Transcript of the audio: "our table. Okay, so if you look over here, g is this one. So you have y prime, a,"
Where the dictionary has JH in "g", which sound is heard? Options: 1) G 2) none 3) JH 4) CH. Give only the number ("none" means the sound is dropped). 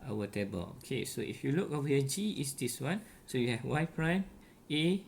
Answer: 3